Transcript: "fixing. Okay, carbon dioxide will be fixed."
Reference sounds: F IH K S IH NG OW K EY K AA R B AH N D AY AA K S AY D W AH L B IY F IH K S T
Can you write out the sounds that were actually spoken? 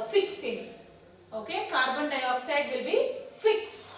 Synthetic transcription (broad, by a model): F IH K S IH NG OW K EY K AA R B AH N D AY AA S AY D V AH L B IY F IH K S